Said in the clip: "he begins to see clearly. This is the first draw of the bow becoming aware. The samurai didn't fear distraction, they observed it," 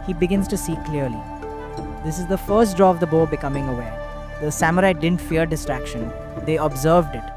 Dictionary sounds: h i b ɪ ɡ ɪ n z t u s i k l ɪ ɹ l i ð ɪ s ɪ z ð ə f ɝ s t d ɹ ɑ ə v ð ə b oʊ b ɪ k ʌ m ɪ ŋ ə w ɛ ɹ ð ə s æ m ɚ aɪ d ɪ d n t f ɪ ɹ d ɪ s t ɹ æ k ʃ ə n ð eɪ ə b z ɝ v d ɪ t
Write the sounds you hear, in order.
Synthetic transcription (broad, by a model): h i b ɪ ɡ ɪ n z t u s i k l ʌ ɹ l i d ɪ s ɪ z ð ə f ɝ s t d ɹ ɑ ə v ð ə b oʊ b ɪ k ʌ m ɪ ŋ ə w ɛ ɹ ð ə s æ m ɚ aɪ d ɪ d n t f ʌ ɹ d ɪ s t ɹ æ k ʃ ə n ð eɪ ə b z ɝ v d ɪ t